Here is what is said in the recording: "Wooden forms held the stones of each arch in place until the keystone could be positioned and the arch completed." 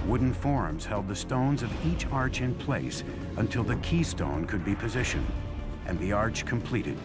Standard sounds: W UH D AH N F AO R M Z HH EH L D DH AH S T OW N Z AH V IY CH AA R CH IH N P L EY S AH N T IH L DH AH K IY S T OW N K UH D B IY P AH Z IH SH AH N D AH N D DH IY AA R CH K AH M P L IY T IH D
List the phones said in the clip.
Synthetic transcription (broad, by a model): W UH D N F AO R M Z HH EH L D DH AH S T OW N Z AH V IY CH AA R CH IH N P L EY S AH N T IH L DH AH K IY S T OW N K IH D B IY P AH Z IH SH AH N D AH N DH IY AA R CH K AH M P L IY T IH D